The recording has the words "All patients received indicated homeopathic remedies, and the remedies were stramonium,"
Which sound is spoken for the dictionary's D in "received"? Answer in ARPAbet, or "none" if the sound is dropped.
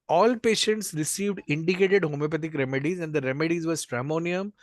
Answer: D